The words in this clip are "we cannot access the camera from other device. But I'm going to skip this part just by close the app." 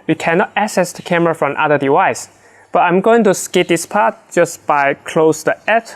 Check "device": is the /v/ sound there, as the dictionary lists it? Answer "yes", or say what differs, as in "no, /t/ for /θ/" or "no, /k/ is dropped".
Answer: no, /w/ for /v/